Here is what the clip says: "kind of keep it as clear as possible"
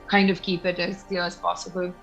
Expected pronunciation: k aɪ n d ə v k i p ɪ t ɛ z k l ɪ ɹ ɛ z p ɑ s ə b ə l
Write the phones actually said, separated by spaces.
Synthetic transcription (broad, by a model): k aɪ n d ə v k i p ɪ t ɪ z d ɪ l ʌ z p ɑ s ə b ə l